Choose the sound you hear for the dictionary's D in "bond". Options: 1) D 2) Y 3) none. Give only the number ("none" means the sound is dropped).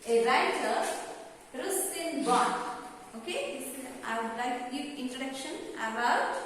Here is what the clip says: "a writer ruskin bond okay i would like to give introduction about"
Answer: 3